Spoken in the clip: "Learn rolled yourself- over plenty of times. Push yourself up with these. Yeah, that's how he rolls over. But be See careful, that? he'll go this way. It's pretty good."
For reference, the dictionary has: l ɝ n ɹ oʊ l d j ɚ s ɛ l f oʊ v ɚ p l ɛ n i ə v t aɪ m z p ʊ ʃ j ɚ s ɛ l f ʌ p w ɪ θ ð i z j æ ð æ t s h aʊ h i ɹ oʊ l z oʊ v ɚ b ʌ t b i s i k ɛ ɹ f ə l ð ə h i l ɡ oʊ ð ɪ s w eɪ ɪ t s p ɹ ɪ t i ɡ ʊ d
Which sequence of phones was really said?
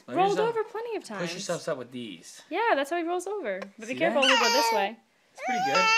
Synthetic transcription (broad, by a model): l ɹ oʊ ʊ l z oʊ v ɚ p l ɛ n i ə v t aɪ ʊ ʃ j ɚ s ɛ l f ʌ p w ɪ ð i z j æ ð æ t s h aʊ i ɹ oʊ l z oʊ v ɚ b ʌ t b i i k ɛ ɹ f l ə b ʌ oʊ ð ɪ s w eɪ ɪ t s p ɹ ɪ t i ɡ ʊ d